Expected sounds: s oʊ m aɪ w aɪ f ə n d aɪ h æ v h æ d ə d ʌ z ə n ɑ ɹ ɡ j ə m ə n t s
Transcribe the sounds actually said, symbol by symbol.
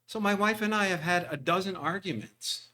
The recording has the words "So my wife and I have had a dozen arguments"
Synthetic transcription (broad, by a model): s oʊ m aɪ w aɪ f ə n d aɪ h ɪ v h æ d ə d ʌ z ə n ɑ ɹ ɡ j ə m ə n t s